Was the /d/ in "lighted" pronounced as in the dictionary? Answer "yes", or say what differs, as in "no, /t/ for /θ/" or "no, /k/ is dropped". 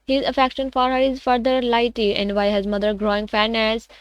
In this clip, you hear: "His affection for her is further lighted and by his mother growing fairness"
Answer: no, /d/ is dropped